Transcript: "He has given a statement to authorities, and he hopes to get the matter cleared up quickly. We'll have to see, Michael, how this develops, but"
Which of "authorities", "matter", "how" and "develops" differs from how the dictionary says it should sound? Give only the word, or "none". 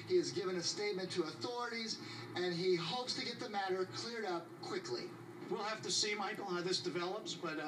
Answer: none